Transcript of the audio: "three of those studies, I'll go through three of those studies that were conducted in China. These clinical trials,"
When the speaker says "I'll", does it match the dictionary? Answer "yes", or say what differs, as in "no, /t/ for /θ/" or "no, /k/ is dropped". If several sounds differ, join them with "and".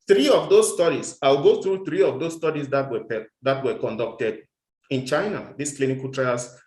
no, /w/ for /l/